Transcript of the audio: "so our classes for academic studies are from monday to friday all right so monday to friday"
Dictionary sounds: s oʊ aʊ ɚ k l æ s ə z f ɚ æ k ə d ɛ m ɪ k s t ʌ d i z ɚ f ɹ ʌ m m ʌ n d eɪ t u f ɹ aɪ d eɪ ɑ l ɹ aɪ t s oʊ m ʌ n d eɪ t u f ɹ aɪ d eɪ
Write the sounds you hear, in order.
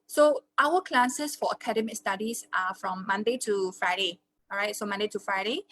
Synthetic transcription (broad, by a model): s oʊ aʊ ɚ k l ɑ s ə s f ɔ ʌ k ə d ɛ m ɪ k s t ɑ d i s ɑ f ɹ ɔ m m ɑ n d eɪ t u f ɹ aɪ d eɪ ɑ ɹ aɪ t s oʊ m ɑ n d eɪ t u f ɹ aɪ d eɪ